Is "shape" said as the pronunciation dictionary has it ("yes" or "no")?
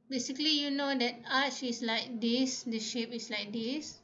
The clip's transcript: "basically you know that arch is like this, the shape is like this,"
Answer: yes